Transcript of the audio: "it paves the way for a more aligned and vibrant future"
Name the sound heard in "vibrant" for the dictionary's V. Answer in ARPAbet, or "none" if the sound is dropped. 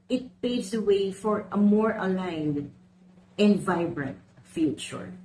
V